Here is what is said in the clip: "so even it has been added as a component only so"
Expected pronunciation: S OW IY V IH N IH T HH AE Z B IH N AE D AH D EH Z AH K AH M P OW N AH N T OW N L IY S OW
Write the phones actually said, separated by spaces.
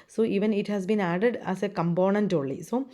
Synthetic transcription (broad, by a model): S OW IY V IH N IH T HH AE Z B IH N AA D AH D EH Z AH K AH M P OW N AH N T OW L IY S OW